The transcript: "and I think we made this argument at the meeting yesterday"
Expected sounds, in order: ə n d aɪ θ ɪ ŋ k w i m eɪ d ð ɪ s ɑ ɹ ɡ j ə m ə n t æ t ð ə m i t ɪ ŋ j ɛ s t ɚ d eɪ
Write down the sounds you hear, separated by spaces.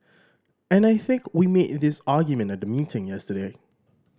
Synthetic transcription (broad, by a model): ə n aɪ θ ɪ ŋ k w i m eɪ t ð ɪ s ɑ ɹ ɡ j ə m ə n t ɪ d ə m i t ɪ ŋ j ɛ s t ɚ d eɪ